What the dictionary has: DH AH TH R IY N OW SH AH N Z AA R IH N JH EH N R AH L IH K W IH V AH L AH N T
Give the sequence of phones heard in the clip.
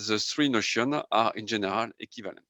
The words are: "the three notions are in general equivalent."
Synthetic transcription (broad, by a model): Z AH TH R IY N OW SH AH N AA R IH N ZH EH N R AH L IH K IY V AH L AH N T